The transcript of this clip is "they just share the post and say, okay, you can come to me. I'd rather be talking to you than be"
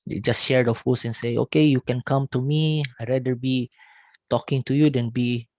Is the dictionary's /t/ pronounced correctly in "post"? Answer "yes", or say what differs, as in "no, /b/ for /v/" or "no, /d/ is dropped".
no, /t/ is dropped